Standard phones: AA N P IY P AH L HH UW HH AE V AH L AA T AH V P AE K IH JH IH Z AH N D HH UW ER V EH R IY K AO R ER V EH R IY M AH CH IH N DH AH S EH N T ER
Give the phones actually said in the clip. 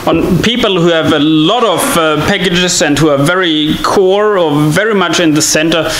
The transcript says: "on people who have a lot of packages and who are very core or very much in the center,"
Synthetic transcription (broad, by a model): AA N P IY P AH L HH UW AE V AH L AA T AH V P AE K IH JH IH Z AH N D HH UW ER V EH R IY K AO R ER V EH R IY M AH CH IH N DH AH S EH N T ER